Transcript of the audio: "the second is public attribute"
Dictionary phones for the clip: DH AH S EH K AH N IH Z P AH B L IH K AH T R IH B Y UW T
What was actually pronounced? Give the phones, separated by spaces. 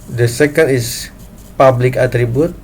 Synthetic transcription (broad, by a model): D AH S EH K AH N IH S P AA B L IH K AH T R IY B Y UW T